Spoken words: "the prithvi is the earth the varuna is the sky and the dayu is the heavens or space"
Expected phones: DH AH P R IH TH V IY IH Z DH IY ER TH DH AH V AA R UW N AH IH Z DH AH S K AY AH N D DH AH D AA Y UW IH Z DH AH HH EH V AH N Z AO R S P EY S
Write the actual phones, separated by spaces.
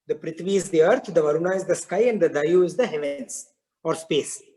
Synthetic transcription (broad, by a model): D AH P R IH T V IY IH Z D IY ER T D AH V AA R UW N AH IH Z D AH S K AY AH N D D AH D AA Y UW IH Z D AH HH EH V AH N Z AO R S P EY S